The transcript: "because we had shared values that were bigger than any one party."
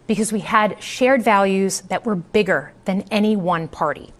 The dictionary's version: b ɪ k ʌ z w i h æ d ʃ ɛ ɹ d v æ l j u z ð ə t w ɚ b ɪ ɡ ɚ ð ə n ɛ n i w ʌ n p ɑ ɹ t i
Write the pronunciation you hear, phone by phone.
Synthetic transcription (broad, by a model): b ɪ k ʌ z w i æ d ʃ ɛ ɹ d v æ l j u z ð ə t w ɚ b ɪ ɡ ɚ ð ə n ɛ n i w ʌ n p ɑ ɹ t i